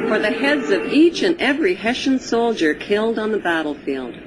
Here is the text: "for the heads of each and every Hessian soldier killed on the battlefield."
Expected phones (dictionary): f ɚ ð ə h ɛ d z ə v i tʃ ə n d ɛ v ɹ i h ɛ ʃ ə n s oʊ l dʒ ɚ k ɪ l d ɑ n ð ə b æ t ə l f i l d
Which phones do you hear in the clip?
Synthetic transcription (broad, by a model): f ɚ ð ə h ɛ d z ə v i tʃ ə n ɛ v ɹ i h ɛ ʃ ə n s oʊ l dʒ ɚ k ɪ l d n ð ə b æ t l f i l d